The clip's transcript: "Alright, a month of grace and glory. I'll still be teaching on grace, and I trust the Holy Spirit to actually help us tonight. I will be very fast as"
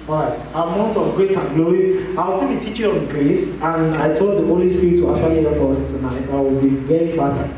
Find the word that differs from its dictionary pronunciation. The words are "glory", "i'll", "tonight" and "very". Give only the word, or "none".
i'll